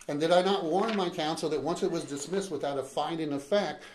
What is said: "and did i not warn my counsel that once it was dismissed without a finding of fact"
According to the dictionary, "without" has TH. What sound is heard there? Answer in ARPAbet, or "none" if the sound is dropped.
TH